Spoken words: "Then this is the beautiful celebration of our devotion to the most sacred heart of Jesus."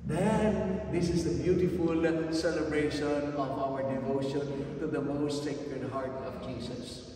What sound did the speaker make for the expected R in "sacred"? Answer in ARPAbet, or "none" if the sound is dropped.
none